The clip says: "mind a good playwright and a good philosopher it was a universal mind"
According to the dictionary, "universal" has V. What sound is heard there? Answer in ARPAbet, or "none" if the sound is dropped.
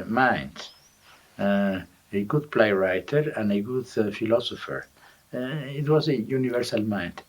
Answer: V